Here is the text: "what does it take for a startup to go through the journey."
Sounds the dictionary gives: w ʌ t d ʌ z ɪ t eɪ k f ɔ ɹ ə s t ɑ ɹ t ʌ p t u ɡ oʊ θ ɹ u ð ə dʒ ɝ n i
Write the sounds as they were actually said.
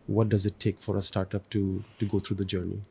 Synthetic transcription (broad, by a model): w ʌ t d ʌ z ɪ t eɪ k f ɔ ɹ ə s t ɑ ɹ t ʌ p t u ɡ oʊ t ɹ u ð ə dʒ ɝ n i